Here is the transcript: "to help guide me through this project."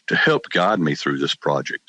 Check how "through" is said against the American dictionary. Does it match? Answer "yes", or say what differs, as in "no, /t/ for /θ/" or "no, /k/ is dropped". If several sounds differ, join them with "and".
yes